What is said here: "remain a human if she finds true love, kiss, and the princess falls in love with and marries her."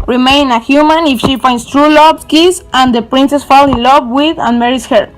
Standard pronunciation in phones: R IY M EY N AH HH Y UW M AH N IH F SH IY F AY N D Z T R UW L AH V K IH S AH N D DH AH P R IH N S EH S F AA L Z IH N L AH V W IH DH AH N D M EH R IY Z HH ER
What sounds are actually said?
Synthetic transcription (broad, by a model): R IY M EY N AH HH Y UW M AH N IH F SH IY F AY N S T R UW L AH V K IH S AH N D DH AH P R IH N S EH S F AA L IH N L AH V W IH DH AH N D M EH R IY S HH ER